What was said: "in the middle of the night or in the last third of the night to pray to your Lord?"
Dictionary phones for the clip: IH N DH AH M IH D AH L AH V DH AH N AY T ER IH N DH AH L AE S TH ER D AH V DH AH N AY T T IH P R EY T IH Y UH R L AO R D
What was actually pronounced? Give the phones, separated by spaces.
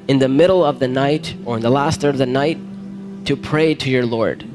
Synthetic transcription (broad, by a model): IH N DH AH M IH D L AH V DH AH N AY T ER IH N DH AH L AE S T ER AH V DH AH N AY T T IH P R EY T IH Y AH R L AO R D